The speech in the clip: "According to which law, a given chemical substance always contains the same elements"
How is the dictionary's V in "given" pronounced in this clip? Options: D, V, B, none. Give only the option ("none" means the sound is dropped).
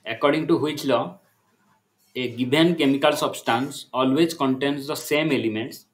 B